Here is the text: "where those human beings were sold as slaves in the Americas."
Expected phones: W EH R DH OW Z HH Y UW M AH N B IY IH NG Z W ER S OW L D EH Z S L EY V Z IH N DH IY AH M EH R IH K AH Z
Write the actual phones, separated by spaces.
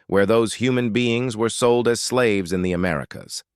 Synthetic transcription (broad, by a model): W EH R DH OW Z HH Y UW M AH N B IY IH NG Z W ER S OW L D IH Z S L EY V Z IH N DH IY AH M EH R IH K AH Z